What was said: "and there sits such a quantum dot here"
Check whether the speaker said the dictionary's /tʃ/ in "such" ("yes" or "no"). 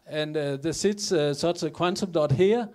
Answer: no